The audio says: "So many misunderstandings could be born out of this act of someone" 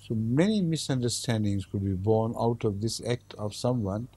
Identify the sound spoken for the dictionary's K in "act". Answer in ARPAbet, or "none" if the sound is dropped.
K